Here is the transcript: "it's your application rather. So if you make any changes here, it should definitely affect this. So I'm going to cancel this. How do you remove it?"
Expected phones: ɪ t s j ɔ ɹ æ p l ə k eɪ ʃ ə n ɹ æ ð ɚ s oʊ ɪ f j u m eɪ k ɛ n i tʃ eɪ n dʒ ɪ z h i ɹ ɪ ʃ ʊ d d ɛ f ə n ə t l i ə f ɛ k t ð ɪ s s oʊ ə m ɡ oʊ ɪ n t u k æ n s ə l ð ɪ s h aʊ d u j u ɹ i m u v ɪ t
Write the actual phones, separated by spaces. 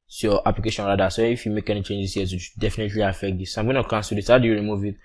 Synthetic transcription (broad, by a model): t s j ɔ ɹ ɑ p l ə k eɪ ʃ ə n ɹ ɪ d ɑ s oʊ ɪ f j u m eɪ k ɛ n i tʃ eɪ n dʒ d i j ɪ s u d d ɛ f ə n ə t l i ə f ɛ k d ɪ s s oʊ ə m ɡ oʊ ɪ n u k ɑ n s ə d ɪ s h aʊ d u j u ɹ i m u v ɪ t